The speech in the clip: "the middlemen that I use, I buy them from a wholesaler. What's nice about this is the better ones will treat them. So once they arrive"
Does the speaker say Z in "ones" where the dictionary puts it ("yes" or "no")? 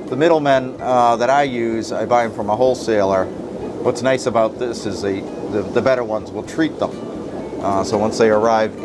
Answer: yes